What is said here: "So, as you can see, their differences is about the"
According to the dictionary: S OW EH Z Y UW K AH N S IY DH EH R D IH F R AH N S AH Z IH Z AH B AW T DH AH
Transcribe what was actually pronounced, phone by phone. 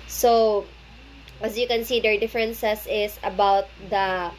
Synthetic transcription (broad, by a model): S OW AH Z Y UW K AH N S IY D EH R D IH F R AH N S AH S IH S AH B AW T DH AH